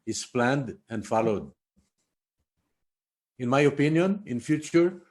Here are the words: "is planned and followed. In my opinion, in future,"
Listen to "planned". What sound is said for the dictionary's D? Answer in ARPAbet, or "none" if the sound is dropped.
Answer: D